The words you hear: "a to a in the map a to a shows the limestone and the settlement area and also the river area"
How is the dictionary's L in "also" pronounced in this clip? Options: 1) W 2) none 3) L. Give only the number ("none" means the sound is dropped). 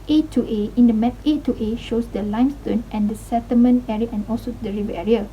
3